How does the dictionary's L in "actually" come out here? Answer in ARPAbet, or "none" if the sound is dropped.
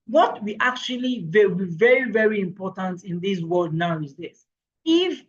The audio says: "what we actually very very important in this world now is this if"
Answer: W